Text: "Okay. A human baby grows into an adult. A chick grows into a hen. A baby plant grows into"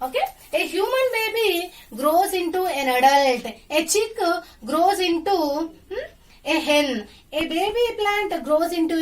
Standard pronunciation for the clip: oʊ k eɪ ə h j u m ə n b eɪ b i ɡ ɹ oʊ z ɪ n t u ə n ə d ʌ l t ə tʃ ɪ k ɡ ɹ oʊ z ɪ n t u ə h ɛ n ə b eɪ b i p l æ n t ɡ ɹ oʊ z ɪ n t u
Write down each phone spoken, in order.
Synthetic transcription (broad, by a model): oʊ k eɪ ə h j u m ə n b eɪ b i ɡ ɹ oʊ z ɪ n t u ə n ə d ʌ l t ə tʃ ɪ k ɡ ɹ oʊ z ɪ n t u ə h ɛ l ə b eɪ b i p l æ n t ɡ ɹ oʊ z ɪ n t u